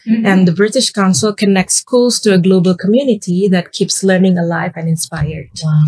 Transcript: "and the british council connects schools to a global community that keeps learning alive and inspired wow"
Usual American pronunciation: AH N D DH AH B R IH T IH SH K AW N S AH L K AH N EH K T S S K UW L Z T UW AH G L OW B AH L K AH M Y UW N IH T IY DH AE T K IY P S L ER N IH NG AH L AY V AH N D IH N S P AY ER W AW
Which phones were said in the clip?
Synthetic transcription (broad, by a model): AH N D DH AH B R IH T IH SH K AW N S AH L K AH N EH K T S S K UW L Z T UW AH G L OW B AH L K AH M Y UW N IH T IY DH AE T K IY P S L ER N IH NG AH L AY V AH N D IH N S P AY ER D